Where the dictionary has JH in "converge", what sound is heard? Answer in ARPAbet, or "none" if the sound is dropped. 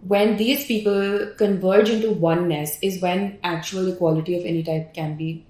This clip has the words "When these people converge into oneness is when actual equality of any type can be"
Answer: JH